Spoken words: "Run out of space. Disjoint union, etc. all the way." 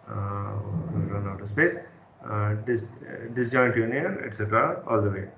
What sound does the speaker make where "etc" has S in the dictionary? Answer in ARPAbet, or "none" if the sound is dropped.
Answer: S